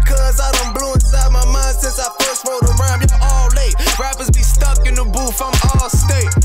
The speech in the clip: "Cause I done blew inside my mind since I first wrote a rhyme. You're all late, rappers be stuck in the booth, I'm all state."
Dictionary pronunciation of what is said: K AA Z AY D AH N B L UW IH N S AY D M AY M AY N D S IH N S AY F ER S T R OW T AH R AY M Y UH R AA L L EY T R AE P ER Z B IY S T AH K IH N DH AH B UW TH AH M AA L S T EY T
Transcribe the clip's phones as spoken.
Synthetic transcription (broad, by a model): K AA Z AY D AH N B L UW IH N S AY M AY M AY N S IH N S AY F ER S T W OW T AH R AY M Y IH AA L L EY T R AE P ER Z B IY S T AH K IH N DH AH B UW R AH M AA L S T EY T